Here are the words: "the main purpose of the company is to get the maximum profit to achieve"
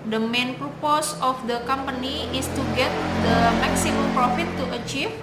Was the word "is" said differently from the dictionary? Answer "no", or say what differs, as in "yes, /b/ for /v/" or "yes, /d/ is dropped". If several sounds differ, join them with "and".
yes, /s/ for /z/